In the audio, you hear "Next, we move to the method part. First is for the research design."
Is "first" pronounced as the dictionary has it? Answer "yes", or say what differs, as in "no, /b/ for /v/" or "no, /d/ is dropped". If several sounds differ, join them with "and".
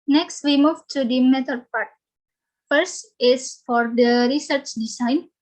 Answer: yes